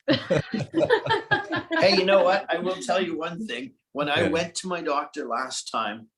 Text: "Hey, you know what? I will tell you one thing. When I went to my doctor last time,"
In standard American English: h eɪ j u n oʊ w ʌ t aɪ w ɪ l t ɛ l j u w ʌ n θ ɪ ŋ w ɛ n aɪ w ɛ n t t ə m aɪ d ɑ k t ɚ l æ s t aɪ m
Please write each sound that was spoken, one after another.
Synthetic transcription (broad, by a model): h eɪ j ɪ n oʊ w ʌ t aɪ w ɪ l t ɛ l j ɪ w ʌ n θ ɪ ŋ w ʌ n aɪ w ɛ n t t ə m aɪ d ɑ k t ɚ l æ s t aɪ m